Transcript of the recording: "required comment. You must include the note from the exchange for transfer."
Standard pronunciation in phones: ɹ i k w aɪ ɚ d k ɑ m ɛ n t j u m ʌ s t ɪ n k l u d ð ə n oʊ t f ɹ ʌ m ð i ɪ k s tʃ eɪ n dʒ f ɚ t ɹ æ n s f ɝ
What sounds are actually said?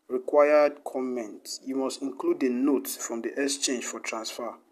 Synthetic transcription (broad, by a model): ɹ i k w aɪ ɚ d k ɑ m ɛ n t j u m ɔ s t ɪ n k l u d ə n oʊ t f ɹ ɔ m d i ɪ s tʃ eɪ n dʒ f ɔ t ɹ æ n s f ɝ